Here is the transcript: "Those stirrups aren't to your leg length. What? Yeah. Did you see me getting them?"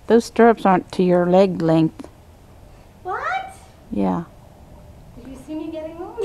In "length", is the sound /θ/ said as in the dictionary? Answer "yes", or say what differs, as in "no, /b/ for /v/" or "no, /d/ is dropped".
yes